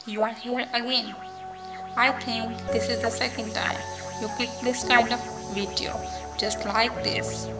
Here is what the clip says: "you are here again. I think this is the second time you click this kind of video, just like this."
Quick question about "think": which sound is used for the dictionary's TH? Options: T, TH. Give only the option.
T